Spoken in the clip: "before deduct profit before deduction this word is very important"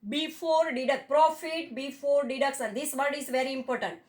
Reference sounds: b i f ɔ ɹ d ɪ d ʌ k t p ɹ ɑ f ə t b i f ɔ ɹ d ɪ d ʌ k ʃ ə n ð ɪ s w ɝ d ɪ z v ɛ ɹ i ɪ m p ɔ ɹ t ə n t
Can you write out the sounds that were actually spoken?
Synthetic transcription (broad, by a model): b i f ɔ ɹ d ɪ d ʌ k p ɹ ɑ f ə t b i f ɔ ɹ d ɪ d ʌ k s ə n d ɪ s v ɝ d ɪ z v ɛ ɹ i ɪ m p ɔ ɹ t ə n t